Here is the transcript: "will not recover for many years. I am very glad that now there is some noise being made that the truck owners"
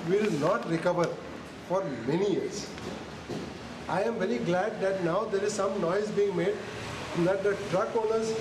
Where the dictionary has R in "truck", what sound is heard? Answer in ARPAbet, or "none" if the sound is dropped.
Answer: R